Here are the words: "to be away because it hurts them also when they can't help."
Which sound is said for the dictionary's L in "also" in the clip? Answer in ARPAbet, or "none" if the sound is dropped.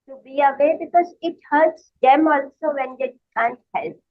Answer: L